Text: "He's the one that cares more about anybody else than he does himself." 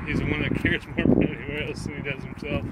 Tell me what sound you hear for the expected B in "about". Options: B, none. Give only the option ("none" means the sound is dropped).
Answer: none